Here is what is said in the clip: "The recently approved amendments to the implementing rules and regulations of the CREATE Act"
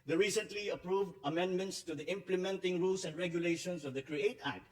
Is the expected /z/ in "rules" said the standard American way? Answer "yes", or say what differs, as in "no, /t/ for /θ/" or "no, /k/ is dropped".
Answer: no, /s/ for /z/